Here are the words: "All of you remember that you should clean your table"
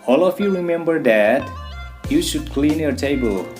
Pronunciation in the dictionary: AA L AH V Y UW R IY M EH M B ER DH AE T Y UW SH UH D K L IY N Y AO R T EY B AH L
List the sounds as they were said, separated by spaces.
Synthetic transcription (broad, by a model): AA L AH F Y UW R IY M EH M B ER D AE T Y UW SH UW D K L IY N Y AO R T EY B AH L